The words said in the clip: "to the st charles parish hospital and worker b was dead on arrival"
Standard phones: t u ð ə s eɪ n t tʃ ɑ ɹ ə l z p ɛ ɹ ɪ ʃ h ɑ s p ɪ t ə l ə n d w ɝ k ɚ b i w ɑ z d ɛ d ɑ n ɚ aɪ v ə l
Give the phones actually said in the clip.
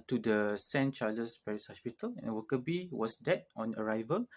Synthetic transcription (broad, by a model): t u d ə s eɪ n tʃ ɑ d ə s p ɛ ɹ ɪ s h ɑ s p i t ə l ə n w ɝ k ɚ b i w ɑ s d ɛ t ɑ n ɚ aɪ v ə l